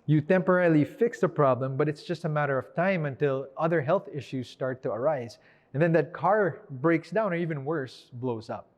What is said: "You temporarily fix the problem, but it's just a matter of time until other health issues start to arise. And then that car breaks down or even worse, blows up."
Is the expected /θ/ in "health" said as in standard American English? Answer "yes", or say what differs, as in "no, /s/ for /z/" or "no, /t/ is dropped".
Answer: yes